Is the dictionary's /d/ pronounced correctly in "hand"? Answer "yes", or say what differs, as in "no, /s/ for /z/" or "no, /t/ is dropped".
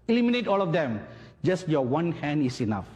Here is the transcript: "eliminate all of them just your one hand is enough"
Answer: yes